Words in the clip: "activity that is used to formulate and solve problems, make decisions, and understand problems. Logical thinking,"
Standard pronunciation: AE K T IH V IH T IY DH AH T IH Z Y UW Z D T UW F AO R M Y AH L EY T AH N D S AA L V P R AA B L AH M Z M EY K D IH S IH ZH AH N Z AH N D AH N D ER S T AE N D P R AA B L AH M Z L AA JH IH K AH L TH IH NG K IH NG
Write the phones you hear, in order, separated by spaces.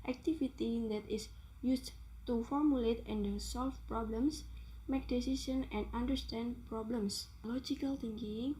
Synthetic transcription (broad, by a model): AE K T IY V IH T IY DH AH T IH S Y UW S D T UW F AO R M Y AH L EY T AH N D S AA L F P R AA B L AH M S M EY K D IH S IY S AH N AH N D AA N D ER S T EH N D P R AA B L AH M S L AA JH IH K AH L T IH NG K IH NG